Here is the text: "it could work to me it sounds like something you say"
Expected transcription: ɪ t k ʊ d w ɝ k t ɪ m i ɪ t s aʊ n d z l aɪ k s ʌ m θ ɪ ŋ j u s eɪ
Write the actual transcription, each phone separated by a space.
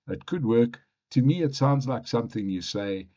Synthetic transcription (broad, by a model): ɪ t k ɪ d w ɝ k t ɪ m i ɪ t s aʊ n d z l aɪ k s ʌ m θ ɪ ŋ j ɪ s eɪ